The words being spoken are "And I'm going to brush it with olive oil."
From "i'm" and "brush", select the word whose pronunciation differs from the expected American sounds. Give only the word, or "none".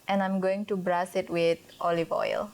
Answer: brush